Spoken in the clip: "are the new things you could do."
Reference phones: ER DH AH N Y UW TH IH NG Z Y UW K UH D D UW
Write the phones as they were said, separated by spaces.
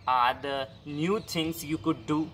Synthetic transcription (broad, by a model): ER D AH N Y UW T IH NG S Y UW K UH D D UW